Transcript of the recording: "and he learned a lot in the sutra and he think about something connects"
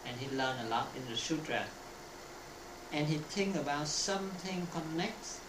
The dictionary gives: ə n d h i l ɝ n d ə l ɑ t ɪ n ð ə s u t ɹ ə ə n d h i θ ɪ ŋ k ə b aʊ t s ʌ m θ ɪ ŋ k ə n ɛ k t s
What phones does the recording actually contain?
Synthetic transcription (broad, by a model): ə n h i l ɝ n ə l ɑ t ɪ n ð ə ʃ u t ɹ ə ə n h i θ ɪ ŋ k ə b aʊ t s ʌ m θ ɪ ŋ k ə n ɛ k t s